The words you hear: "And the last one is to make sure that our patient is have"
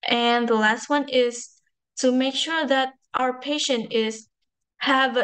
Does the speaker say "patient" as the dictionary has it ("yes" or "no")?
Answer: yes